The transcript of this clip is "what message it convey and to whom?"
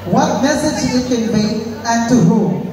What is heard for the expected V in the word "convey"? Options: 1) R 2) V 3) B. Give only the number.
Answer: 3